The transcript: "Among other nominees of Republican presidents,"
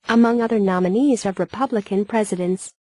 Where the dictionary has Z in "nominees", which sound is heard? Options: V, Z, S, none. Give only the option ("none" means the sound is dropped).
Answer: Z